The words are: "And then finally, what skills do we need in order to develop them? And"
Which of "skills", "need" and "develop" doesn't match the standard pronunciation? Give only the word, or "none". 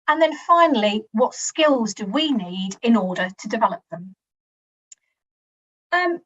none